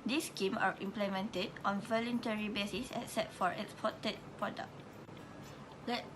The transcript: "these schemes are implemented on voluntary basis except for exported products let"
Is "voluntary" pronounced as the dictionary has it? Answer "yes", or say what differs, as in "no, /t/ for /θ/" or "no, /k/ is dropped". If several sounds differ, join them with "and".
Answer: yes